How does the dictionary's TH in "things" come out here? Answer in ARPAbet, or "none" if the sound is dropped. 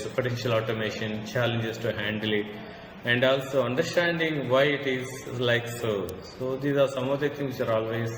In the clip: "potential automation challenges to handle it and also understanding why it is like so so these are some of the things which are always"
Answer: T